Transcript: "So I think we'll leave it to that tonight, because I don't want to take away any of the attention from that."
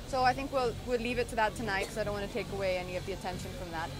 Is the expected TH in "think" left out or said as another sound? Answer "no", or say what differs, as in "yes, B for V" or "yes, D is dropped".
no